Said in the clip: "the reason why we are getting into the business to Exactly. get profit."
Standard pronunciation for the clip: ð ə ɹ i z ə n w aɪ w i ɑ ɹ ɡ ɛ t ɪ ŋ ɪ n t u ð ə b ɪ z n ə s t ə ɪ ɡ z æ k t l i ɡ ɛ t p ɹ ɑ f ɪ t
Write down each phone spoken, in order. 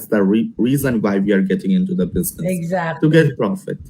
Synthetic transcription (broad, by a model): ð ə ɹ i z ə n w aɪ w i ɑ ɹ ɡ ɛ t ɪ ŋ ɪ n t u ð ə b ɪ z n ə s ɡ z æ t i ɡ ɛ t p ɹ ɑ f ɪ t